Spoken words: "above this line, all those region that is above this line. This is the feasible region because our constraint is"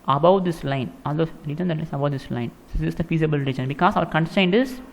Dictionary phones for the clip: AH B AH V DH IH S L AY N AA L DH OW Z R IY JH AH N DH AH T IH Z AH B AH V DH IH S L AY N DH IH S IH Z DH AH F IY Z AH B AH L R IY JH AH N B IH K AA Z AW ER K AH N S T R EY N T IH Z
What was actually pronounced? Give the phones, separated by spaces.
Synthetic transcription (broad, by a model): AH B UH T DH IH S L AY N AA L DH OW R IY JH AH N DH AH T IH S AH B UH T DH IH S L AY N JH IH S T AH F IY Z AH B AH L R IY JH AH N B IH K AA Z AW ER K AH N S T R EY N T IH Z